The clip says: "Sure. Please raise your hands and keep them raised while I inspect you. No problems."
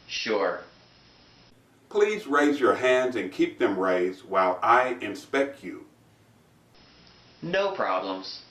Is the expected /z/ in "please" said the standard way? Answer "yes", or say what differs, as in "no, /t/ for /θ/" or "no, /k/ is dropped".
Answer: yes